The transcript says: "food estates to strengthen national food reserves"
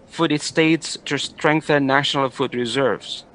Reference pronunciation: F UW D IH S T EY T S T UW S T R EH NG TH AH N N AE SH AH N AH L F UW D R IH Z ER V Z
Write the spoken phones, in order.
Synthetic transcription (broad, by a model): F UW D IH S T EY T S T UW S T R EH NG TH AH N N AE SH AH N AH L F UW D R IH Z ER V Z